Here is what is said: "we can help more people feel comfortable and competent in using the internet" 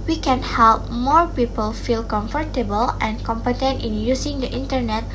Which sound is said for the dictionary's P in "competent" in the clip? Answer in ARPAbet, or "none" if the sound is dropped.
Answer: P